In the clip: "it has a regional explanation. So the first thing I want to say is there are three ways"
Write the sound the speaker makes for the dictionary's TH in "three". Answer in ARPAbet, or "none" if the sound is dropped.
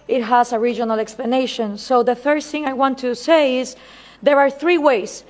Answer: TH